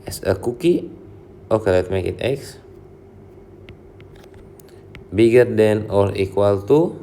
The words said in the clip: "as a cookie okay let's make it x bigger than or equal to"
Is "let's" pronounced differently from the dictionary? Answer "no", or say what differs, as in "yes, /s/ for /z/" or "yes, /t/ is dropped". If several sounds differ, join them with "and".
yes, /s/ is dropped